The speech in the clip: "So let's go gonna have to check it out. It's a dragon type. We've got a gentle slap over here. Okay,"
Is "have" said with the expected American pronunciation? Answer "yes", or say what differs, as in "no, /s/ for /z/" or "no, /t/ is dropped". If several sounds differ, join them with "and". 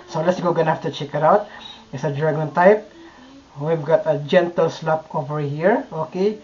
no, /f/ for /v/